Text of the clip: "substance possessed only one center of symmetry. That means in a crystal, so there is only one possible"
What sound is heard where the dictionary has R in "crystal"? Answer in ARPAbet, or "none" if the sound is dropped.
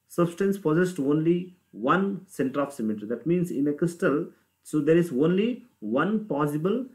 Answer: R